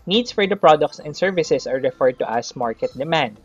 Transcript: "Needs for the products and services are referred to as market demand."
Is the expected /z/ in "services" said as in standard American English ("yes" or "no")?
no